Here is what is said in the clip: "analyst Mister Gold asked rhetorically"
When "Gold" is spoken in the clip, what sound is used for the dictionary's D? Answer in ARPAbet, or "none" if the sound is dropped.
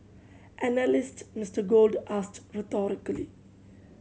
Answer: D